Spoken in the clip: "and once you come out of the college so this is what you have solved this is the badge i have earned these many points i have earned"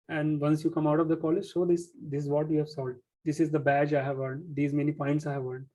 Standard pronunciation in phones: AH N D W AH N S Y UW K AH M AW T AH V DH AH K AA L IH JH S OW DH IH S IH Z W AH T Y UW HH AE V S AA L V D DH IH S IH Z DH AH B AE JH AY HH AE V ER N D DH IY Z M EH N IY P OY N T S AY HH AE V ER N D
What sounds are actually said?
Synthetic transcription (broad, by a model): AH N D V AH N S Y UW K AH M AW T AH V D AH K AA L IH JH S OW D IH S IH Z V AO T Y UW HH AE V S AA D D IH S IH Z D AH B AE JH AY HH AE V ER N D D IY Z M EH N IY P OY N T S AY HH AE V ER N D